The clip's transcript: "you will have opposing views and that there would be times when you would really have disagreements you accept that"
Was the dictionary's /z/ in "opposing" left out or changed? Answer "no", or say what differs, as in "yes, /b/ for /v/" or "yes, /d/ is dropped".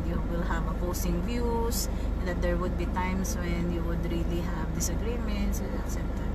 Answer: yes, /s/ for /z/